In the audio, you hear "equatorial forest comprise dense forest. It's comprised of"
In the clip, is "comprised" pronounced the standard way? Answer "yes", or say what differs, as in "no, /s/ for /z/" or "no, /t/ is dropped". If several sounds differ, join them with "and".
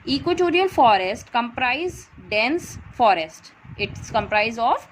no, /d/ is dropped